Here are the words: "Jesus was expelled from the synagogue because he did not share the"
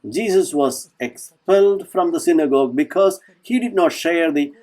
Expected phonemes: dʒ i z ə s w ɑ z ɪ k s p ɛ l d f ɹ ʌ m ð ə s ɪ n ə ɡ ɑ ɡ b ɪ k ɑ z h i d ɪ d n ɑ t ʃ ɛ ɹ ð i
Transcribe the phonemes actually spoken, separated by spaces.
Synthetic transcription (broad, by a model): dʒ i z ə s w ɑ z ɪ k s p ɛ l d f ɹ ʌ m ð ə s ɪ n ə ɡ ɑ ɡ b ɪ k ɑ z h i d ɪ d n ɑ t ʃ ɛ ɹ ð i